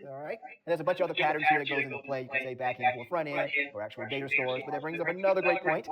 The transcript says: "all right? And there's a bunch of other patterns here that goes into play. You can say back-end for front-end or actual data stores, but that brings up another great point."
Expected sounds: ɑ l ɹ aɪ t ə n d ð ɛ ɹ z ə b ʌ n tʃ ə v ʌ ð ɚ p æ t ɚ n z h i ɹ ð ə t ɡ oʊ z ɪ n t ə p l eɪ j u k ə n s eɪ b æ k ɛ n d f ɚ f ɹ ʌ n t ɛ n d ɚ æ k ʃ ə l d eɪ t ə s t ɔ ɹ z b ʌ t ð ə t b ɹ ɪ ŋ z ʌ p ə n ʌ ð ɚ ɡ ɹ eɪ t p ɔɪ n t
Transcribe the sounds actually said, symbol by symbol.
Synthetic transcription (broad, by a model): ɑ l ɹ aɪ t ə n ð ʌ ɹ z ə b ʌ n tʃ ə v ʌ ð ɚ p æ t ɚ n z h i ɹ ð ə t ɡ oʊ z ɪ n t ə p l eɪ j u k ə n s eɪ b æ k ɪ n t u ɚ f ɹ ʌ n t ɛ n ɚ æ k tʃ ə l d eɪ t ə s t ɔ ɹ z b ʌ t ð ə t b ɹ ɪ ŋ z ʌ p ə n ʌ ð ɚ ɡ ɹ eɪ t p ɔɪ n t